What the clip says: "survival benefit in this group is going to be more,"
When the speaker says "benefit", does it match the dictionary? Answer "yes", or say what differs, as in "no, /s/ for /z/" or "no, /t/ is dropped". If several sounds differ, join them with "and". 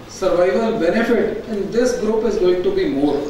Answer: yes